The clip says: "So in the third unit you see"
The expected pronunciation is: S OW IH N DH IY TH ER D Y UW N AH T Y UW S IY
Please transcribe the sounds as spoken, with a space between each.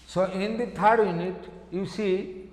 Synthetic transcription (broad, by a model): S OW IH N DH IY T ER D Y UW N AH T Y UW S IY